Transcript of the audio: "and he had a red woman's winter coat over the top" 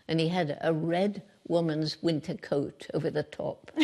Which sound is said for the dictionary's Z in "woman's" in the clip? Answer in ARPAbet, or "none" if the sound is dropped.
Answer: Z